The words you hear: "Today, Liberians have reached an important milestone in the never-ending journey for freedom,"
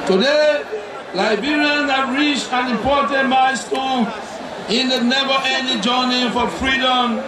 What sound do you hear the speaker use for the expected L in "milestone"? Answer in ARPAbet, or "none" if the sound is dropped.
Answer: none